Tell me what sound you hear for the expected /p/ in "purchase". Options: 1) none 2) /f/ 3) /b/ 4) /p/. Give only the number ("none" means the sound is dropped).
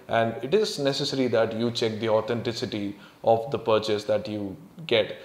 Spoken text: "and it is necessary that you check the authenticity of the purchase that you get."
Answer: 4